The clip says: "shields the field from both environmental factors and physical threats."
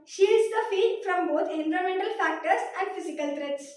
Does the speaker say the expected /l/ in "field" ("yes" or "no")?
no